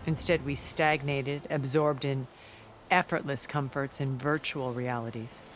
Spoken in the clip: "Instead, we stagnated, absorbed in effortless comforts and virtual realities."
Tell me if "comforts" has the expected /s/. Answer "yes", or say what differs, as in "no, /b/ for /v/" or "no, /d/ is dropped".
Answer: yes